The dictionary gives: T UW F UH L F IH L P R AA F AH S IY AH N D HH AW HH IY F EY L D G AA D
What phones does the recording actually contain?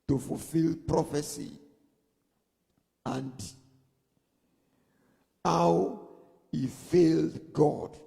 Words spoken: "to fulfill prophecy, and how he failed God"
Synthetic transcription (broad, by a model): T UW F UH L F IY L P R AA F AH S IY AH N D HH AW HH IY F EY L D G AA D